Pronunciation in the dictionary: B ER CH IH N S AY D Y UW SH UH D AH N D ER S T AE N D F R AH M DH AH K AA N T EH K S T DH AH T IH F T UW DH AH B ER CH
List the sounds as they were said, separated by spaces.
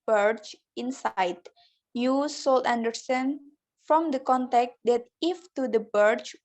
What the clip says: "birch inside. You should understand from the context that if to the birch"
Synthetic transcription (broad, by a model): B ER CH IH N S AY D Y UW S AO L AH N D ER S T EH N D F R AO M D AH K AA N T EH K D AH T IH F T UW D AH B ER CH